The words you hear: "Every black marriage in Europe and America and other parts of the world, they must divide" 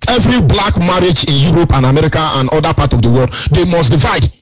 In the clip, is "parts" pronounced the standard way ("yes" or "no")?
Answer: no